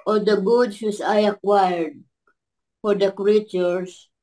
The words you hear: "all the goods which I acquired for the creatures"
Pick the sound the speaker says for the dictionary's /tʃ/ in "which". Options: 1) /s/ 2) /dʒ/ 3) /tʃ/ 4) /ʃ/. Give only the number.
1